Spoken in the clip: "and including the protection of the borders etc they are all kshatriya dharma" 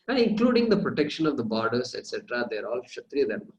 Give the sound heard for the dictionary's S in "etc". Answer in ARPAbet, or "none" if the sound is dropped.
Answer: S